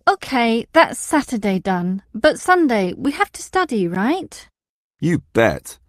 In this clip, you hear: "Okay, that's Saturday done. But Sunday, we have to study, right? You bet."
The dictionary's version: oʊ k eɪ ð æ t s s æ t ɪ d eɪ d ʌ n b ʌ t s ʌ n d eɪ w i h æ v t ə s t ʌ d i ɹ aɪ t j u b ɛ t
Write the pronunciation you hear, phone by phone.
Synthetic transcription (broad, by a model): oʊ k eɪ ð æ t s s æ t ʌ d eɪ d ʌ n b ʌ t s ʌ n d eɪ w i h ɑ f t ə s t ʌ d i ɹ aɪ t j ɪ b ɛ t